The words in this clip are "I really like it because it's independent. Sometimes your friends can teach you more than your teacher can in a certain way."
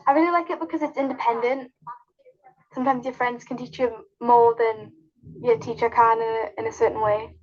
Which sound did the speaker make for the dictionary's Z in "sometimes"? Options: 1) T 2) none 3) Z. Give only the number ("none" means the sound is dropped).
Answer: 3